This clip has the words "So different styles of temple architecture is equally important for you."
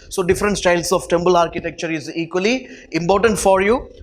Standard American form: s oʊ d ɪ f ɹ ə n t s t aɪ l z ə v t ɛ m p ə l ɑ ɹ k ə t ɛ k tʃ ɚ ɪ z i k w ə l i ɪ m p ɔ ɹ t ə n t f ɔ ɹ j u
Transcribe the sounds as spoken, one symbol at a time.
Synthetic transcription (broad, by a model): s oʊ d ɪ f ɹ ə n t s t aɪ l s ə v t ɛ m b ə l ɑ ɹ k ə t ɛ k tʃ ɚ ɪ z i k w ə l i ɪ m p ɔ ɹ t ə n t f ɔ ɹ j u